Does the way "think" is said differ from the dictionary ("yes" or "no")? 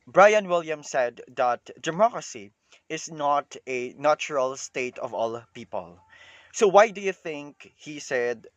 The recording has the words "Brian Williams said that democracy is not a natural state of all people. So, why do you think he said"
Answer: no